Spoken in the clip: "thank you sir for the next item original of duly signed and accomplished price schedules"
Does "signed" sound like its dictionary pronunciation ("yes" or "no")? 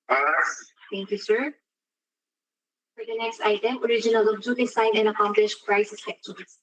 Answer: no